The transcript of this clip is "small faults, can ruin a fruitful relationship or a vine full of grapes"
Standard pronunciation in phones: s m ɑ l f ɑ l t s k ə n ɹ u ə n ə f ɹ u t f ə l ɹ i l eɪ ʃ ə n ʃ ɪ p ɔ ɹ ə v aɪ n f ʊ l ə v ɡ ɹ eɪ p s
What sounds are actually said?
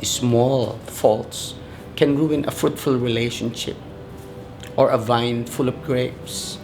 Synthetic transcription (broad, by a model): s m ɑ l f ɑ l t s k ə n ɹ u ə n ə f ɹ u t f ə l ɹ i l eɪ ʃ ə n ʃ ɪ p ɔ ɹ ə v aɪ n f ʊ l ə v ɡ ɹ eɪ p s